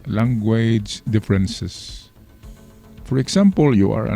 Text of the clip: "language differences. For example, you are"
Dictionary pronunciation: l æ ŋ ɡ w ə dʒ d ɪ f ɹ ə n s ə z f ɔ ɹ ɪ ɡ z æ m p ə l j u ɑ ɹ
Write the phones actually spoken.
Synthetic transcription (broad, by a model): l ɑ ŋ ɡ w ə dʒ d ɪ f ɹ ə n s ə s f ɔ ɹ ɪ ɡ s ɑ m p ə l j u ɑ ɹ